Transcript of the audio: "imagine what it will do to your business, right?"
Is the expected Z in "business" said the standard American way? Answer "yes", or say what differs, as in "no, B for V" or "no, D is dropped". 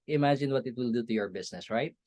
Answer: no, S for Z